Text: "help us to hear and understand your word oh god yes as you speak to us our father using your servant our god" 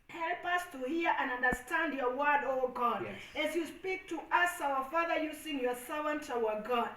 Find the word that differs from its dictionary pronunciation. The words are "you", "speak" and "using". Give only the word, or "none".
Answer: using